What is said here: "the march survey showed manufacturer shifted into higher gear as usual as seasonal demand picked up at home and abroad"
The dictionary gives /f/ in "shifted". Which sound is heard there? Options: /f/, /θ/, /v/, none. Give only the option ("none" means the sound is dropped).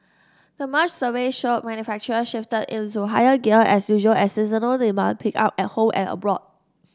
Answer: /f/